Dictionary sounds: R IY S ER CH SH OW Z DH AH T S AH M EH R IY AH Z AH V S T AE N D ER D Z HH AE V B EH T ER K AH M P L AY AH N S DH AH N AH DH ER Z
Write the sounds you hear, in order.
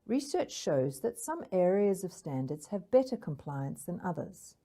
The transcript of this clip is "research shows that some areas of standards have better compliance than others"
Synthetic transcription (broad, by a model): R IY S ER CH SH OW Z DH AH T S AH M EH R IY AH Z AH V S T AE N D ER D Z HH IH V B EH T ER K AH M P L AY AH N S DH AH N AH DH ER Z